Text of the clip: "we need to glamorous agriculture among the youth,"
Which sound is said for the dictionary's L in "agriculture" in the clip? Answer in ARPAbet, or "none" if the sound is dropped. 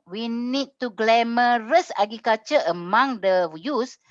none